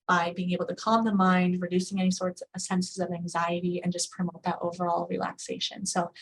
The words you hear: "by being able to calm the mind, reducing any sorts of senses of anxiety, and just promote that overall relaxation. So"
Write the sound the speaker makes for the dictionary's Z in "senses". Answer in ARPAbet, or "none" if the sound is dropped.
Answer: Z